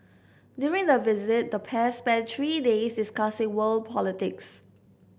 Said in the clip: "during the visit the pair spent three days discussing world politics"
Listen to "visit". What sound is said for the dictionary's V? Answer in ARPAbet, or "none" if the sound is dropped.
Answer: V